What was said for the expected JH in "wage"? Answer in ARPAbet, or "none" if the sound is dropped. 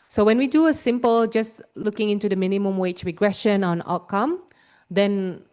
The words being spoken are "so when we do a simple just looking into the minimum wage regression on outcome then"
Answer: CH